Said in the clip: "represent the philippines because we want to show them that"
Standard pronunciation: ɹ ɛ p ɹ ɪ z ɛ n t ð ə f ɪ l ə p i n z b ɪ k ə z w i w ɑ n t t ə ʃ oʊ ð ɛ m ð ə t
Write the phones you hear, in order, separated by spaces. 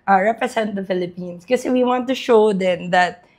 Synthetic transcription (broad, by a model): ɹ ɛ p ɹ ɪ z ɛ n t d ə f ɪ l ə p i n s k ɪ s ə w i w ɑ n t t ə ʃ oʊ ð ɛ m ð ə t